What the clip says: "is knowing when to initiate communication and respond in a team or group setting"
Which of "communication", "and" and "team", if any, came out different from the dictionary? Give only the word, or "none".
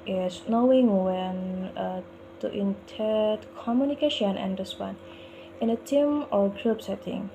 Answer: none